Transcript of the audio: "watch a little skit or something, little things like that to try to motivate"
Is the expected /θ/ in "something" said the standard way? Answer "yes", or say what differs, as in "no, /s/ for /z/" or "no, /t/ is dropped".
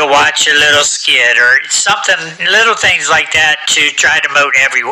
yes